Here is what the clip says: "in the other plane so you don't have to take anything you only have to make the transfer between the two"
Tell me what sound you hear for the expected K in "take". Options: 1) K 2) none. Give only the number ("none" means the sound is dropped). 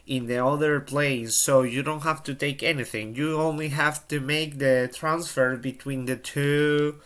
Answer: 1